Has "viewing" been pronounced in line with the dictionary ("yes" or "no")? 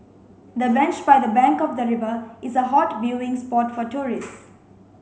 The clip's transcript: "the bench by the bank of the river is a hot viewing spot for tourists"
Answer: no